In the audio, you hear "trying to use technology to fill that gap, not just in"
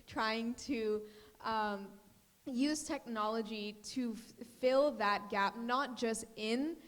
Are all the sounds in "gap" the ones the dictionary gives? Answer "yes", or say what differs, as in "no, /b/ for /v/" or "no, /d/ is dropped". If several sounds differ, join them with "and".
yes